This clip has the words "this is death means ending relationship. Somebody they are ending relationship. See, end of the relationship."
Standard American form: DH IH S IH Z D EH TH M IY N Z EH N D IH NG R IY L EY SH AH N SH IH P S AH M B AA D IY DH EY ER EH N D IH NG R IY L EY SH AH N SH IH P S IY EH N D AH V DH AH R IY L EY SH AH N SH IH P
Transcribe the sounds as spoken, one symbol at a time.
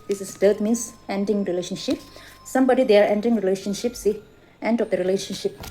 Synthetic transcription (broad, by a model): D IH S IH S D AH T M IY N S EH N D IH NG R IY L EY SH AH N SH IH P S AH M B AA D IY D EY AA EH N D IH NG R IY L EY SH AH N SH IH P S IY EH N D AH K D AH R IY L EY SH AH N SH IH P